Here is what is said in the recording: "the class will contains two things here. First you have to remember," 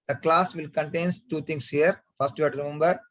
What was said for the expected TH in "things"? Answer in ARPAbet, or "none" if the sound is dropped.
T